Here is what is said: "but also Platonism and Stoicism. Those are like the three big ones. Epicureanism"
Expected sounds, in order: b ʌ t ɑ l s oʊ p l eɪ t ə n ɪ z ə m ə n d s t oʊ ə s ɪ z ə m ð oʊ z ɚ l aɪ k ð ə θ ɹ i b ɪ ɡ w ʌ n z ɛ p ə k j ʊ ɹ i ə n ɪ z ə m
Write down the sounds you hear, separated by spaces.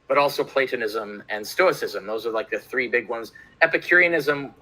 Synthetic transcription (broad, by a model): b ʌ t ɑ l s oʊ p l eɪ t ə n ɪ z ə m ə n s t oʊ ə s ɪ z ə m ð oʊ z ɚ l aɪ k ð ə θ ɹ i b ɪ ɡ w ʌ n z ɛ p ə k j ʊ ɹ i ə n ɪ z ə m